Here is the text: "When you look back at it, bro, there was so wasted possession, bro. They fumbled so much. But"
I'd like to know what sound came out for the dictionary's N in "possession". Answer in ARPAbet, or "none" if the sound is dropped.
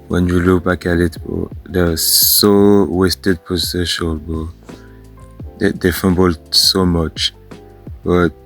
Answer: L